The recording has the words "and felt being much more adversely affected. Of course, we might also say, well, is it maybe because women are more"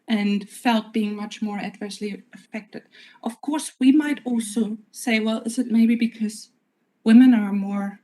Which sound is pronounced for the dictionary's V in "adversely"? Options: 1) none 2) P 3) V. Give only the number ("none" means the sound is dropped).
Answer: 3